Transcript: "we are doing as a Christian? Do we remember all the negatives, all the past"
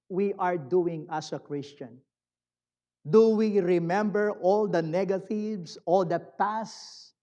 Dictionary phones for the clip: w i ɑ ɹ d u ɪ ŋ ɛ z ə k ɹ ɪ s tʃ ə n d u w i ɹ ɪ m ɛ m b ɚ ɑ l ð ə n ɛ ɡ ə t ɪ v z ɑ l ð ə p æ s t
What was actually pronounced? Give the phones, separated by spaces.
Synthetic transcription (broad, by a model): w i ɑ ɹ d u ɪ ŋ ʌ s ə k ɹ ɪ s tʃ ə n d u w i ɹ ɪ m ɛ m b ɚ ɑ l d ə n ɛ ɡ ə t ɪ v s ɑ l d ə p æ s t